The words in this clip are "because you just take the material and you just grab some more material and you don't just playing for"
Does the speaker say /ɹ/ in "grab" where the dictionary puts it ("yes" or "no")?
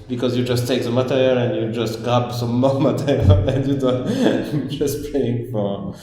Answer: no